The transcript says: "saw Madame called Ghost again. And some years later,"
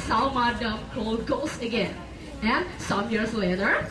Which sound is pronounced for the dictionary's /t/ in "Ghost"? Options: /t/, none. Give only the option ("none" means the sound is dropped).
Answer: none